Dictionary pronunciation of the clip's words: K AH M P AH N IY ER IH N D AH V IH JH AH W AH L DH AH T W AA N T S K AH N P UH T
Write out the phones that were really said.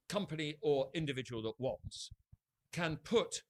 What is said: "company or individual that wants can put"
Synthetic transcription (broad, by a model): K AH M P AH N IY ER IH N D AH V IH JH AH W AH L DH AH T W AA N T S K AH N P UH T